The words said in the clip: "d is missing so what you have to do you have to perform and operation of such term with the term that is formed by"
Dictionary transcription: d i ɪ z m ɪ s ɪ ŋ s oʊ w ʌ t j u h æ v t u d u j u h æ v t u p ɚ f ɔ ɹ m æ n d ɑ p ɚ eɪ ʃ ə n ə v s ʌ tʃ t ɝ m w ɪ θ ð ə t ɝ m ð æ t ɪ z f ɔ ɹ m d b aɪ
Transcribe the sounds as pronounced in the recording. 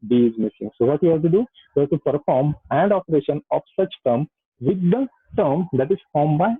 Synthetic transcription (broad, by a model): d i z m ɪ s ɪ ŋ s oʊ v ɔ t j u h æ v t u d u j u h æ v t u p ɚ f ɔ ɹ m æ n d ɑ p ɚ eɪ ʃ ə n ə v s ʌ tʃ t ɝ m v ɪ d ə t ɝ m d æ t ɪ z f ɔ ɹ m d b aɪ